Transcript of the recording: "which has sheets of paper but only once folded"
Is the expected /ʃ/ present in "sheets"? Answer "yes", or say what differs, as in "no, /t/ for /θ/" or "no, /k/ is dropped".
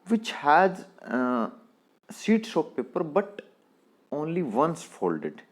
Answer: no, /s/ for /ʃ/